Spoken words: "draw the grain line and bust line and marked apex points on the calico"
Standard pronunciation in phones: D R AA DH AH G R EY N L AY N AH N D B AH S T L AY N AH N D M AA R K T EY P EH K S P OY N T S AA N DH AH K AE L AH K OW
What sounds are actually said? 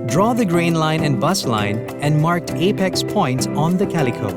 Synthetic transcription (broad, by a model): D R AA DH AH G R EY N L AY N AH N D B AH S L AY N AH N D M AA R K T EY P EH K S P OY N T S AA N DH AH K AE L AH K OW